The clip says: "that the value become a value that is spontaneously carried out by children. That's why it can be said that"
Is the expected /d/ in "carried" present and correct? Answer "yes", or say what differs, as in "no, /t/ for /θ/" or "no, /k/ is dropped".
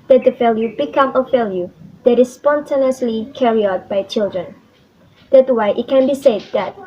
no, /d/ is dropped